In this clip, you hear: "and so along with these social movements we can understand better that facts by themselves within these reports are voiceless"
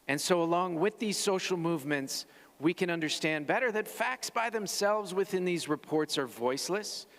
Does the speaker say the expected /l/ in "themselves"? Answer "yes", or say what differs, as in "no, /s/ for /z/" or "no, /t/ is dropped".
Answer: yes